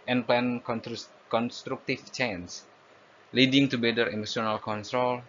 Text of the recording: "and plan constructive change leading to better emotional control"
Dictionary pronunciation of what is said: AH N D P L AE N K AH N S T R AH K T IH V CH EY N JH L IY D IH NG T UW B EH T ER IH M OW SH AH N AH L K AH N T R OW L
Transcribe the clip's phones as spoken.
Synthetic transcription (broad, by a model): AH N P L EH N K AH N S T R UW K T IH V CH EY N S L IY D IH NG T UW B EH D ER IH M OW S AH N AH L K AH N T R OW L